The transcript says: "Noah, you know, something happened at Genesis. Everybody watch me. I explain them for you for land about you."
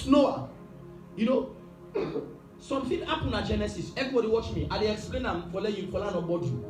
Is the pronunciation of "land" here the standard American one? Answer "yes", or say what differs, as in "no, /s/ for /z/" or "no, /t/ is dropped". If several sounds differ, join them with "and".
no, /d/ is dropped